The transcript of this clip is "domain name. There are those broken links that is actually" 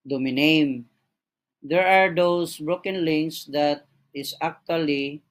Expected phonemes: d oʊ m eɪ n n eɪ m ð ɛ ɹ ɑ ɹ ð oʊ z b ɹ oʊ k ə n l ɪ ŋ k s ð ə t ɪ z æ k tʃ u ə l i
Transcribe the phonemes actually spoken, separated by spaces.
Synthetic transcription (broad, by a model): d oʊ m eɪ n n eɪ m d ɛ ɹ ɑ ɹ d oʊ s b ɹ oʊ k ə n l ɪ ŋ s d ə t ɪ s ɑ k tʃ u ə l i